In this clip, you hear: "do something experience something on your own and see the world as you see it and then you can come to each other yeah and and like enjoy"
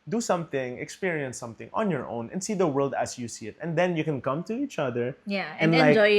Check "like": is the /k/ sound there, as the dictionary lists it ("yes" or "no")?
no